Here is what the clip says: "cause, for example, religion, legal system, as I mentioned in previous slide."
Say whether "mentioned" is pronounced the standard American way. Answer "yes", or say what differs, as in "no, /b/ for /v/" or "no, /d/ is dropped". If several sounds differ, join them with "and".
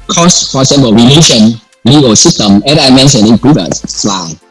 no, /d/ is dropped